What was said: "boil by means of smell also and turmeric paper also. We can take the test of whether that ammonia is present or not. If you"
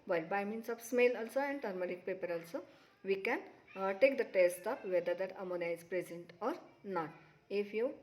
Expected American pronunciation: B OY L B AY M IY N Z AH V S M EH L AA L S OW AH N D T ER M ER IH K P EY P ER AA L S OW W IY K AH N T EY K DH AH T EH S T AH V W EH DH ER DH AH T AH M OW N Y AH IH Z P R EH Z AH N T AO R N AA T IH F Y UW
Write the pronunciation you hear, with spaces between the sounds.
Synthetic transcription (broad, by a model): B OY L B AY M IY N S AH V S M EH L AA L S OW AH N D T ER M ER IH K P EY P ER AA L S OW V IY K AH N T EY K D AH T EH S T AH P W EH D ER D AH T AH M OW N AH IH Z P R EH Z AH N T AO R N AA T IH F Y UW